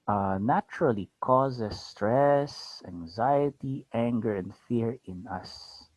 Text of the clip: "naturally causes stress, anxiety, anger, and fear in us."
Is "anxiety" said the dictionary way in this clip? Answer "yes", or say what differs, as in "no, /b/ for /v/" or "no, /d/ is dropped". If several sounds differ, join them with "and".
yes